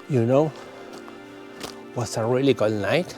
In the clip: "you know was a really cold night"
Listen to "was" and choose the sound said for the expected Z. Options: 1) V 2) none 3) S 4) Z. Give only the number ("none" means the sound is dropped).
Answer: 3